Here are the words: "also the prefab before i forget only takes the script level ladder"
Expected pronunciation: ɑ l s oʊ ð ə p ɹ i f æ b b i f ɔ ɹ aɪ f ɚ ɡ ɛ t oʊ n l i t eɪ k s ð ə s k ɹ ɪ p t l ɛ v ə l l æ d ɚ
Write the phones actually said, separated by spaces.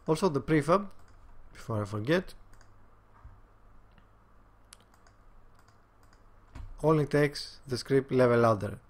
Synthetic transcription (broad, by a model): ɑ l s oʊ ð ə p ɹ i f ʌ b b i f ɔ ɹ aɪ f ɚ ɡ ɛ t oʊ l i t eɪ k s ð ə s k ɹ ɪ p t l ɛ v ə l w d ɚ